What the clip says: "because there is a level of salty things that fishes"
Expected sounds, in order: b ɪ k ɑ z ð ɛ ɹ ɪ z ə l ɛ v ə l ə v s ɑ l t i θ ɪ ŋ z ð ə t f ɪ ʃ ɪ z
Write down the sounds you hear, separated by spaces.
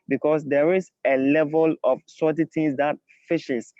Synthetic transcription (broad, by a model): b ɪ k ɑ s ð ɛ ɹ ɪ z ə l ɛ v ə l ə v s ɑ t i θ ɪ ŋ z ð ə t f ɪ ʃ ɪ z